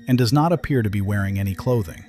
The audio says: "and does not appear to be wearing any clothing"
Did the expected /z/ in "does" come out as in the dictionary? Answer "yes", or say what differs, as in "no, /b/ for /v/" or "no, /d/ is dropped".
yes